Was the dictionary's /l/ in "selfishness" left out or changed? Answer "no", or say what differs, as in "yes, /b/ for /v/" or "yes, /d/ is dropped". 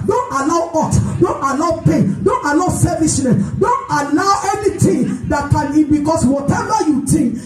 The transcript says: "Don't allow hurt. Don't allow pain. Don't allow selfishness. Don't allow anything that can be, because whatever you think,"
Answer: yes, /l/ is dropped